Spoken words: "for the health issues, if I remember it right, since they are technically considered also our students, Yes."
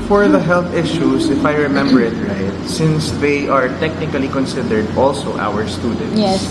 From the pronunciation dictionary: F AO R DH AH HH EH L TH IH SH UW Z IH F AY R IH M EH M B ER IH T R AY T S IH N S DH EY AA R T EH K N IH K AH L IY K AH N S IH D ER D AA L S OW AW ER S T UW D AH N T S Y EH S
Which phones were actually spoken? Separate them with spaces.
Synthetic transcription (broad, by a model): F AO R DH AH HH EH L TH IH SH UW S IH F AY R IH M EH M B ER IH T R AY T S IH N S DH EY AA R T EH K N IH K AH L IY K AH N S IH D ER D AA L S OW AW ER S T UW D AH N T Y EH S